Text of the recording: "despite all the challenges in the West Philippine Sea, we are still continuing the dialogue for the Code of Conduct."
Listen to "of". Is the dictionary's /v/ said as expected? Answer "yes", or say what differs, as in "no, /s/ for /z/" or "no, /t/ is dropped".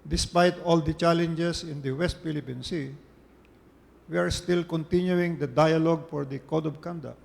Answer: no, /b/ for /v/